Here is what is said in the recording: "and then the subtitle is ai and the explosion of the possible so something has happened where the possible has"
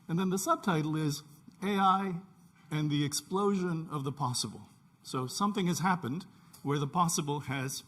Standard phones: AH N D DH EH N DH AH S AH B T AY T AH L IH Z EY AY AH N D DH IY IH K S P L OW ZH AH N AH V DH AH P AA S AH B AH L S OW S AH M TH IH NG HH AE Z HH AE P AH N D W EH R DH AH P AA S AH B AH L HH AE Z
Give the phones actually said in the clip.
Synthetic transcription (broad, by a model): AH N DH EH N DH AH S AH B T AY T L IH Z EY AY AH N DH IY IH K S P L OW ZH AH N AH V DH AH P AA S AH B L S OW S AH M TH IH NG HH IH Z HH AE P AH N D W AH R DH AH P AA S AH B L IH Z